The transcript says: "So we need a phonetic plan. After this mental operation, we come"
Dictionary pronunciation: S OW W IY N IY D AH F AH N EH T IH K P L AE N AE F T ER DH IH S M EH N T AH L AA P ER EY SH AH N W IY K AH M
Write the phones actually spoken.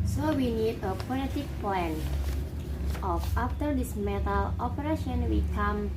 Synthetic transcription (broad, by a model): S OW W IY N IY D AH P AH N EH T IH K P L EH N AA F T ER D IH S M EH T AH L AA P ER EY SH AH N W IY K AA M